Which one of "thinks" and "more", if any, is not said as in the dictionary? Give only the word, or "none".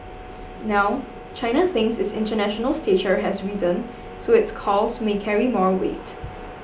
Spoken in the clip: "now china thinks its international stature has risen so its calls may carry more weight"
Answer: thinks